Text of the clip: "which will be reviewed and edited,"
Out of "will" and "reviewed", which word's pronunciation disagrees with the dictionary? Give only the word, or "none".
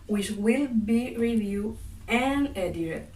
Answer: reviewed